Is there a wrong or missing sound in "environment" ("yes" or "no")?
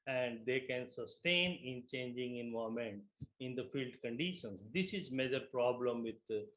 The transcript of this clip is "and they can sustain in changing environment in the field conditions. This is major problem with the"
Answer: yes